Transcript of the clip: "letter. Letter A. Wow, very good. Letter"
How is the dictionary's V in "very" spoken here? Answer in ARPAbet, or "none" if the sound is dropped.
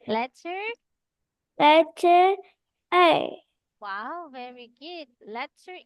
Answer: V